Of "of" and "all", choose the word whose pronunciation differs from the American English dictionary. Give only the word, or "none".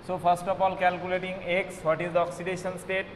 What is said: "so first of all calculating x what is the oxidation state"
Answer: of